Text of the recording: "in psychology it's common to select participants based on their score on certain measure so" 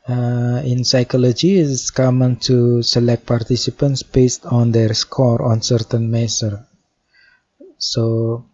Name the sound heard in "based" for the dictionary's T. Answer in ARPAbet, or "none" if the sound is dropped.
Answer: T